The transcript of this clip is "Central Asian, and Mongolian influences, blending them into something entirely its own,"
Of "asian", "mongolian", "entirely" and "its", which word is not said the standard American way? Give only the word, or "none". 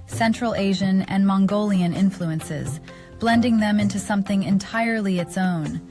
none